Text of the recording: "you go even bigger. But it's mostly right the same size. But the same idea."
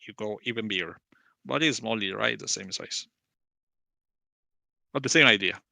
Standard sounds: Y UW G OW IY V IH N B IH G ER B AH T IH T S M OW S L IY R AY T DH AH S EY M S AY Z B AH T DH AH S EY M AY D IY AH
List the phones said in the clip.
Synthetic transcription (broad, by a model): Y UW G OW IY V IH N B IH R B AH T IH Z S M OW L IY R AY T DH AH S EY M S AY S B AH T DH AH S EY M AY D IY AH